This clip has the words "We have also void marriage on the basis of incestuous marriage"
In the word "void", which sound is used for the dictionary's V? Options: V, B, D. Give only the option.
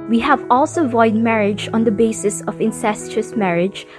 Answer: V